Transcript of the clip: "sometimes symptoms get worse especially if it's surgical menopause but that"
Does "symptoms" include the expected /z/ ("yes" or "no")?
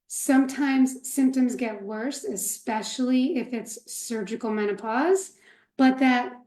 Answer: yes